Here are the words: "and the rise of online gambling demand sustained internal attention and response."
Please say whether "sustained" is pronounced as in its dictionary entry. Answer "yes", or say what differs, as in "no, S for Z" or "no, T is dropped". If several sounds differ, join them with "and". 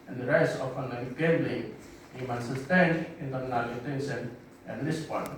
no, D is dropped